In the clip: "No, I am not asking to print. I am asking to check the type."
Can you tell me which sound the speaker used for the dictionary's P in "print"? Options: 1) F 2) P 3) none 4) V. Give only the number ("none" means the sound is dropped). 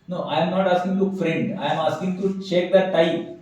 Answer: 1